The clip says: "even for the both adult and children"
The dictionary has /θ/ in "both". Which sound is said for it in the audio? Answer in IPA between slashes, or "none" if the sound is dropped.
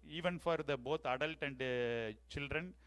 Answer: /t/